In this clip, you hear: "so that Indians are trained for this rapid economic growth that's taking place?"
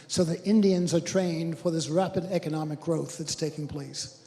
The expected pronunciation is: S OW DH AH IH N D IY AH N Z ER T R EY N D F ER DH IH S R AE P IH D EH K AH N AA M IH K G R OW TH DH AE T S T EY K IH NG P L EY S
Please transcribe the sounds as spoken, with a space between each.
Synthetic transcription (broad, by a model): S OW DH AH IH N D IY AH N Z ER T R EY N D F ER DH IH S R AE P IH D EH K AH N AA M IH K G R OW TH DH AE T S T EY K IH NG P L EY S